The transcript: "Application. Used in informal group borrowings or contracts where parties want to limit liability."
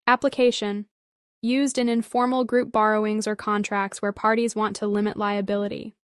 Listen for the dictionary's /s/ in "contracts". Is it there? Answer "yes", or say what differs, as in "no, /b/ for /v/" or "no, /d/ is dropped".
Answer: yes